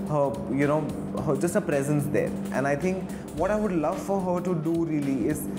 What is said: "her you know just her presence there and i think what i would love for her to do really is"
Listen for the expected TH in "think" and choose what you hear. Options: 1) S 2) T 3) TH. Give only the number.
2